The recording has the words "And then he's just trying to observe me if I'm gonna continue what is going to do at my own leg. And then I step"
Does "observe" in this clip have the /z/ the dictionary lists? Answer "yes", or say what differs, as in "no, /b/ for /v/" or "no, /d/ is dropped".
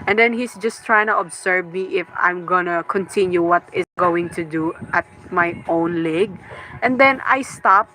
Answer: no, /s/ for /z/